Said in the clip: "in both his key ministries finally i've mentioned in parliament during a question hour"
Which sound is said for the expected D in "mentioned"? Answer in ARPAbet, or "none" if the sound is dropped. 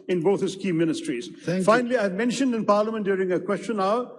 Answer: D